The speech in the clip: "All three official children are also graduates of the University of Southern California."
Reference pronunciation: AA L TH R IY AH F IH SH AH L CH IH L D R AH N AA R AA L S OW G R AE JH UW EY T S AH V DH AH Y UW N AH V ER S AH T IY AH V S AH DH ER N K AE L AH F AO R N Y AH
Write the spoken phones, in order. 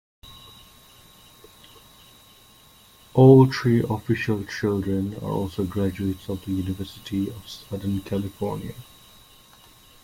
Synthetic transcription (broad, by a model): AA L T R IY AH F IH SH AH L CH IH L D R AH N AA R AA L S OW G R AE JH UW EY T S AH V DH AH Y UW N AH V ER S AH T IY AH V S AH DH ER N K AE L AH F AO R N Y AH